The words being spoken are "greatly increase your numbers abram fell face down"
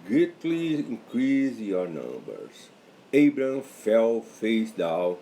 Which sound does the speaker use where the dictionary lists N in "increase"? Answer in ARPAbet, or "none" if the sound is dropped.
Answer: none